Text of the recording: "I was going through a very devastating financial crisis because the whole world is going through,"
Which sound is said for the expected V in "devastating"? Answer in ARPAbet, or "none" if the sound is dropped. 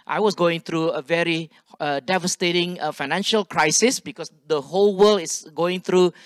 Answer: V